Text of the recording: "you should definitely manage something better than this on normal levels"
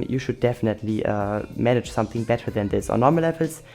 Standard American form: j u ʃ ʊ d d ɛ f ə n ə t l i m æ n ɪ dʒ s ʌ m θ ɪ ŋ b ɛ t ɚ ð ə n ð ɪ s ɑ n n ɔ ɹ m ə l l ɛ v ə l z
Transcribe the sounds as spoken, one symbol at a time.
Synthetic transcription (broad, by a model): j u ʃ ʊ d d ɛ f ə n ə t l i m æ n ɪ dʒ s ʌ m θ ɪ ŋ b ɛ t ɚ ð ə n ð ɪ s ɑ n n ɔ ɹ m ə l l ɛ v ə l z